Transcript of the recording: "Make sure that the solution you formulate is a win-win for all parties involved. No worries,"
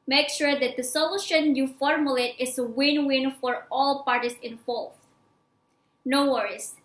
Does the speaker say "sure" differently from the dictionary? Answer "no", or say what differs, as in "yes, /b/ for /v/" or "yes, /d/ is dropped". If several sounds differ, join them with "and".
no